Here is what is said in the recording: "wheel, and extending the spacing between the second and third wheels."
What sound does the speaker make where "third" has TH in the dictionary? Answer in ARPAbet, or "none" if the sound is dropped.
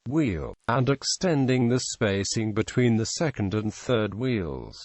TH